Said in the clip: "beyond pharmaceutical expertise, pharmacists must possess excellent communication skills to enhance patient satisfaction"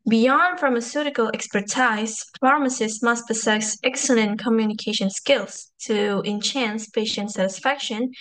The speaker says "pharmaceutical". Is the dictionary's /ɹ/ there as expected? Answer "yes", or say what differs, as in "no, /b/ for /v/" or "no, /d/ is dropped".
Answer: yes